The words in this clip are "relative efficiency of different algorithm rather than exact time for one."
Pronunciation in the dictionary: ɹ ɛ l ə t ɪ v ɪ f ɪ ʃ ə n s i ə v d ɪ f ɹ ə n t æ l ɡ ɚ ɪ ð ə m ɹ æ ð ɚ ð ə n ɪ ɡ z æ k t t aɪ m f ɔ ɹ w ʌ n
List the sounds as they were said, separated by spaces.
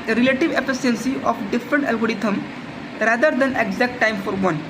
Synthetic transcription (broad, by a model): ɹ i l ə t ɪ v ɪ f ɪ s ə n s i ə f d ɪ f ɹ ə n t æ l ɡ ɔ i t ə m ɹ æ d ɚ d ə n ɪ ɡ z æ k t t aɪ m f ɔ ɹ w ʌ n